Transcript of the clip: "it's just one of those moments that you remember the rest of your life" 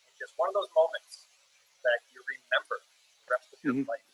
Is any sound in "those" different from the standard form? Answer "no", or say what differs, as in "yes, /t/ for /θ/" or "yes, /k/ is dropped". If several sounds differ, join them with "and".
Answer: no